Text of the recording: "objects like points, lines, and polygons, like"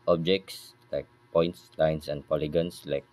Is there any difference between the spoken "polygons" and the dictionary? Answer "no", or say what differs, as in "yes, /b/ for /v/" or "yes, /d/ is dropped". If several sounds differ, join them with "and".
yes, /s/ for /z/